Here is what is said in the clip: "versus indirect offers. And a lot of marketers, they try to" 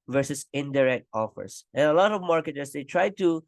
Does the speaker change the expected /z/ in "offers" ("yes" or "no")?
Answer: yes